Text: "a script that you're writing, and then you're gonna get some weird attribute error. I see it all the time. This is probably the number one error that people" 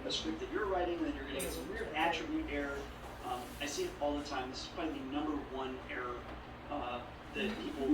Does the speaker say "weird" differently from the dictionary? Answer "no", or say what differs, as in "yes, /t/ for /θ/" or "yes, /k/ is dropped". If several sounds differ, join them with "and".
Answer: yes, /d/ is dropped